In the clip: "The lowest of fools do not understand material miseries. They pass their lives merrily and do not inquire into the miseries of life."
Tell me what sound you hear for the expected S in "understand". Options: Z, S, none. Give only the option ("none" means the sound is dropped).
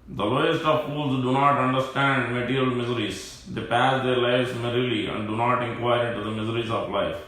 S